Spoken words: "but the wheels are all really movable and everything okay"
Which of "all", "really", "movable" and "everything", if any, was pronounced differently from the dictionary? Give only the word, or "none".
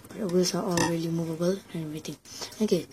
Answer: everything